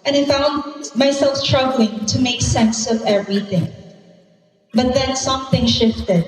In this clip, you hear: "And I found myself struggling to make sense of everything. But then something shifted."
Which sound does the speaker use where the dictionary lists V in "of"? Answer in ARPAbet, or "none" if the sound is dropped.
V